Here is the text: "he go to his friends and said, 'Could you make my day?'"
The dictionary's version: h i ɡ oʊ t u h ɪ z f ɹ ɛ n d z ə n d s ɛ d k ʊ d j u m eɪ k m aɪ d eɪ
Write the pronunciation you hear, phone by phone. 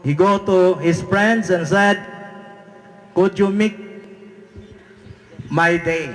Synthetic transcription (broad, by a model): h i ɡ oʊ t u h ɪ s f ɹ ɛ n d s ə n s ɛ d k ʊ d j u m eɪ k m aɪ d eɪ